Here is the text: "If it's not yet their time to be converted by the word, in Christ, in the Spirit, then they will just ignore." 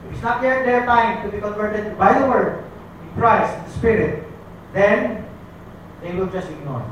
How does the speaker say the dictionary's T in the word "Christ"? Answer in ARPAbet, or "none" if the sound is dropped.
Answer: none